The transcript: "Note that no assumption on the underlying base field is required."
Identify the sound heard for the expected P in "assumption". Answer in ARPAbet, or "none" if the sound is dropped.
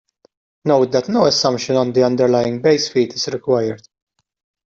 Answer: none